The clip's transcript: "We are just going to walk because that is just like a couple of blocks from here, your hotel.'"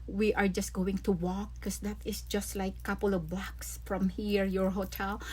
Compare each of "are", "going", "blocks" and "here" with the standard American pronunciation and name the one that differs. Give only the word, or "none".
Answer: blocks